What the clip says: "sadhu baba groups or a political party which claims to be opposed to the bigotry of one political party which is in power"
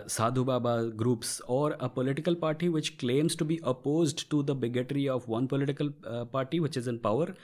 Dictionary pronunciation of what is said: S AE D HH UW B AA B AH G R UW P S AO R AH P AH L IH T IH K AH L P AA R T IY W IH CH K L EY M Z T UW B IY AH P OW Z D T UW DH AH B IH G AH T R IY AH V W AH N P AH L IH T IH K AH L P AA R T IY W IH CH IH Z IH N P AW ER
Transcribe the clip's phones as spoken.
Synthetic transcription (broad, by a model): S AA D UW B AA B AH G R UW P S AO R AH P AH L IH T IH K AH L P AA R T IY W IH CH K L EY M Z T UW B IY AH P OW Z D T UW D AH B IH G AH T R IY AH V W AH N P AH L IH T IH K AH L P AA R T IY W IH CH IH Z IH N P AW ER